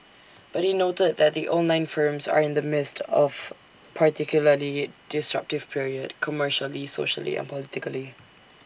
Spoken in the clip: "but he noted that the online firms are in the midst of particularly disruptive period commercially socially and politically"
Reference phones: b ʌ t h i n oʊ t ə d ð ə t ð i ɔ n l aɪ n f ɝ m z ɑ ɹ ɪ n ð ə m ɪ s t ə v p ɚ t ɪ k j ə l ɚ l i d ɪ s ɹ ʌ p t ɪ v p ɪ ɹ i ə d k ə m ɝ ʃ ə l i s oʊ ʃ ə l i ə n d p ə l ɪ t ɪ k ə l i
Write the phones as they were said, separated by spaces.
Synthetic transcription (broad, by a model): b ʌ t h i n oʊ t ə d ð ə t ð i ɔ n l aɪ n f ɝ m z ɑ ɹ ɪ n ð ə m ɪ s t ə v p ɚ t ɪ k j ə l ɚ l i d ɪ s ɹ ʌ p t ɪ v p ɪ ɹ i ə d k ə m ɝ ʃ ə l i s oʊ ʃ ə l i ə n p ə l ɪ t ɪ k ə l i